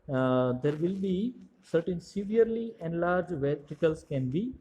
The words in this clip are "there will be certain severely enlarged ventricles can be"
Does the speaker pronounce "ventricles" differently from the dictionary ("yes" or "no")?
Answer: yes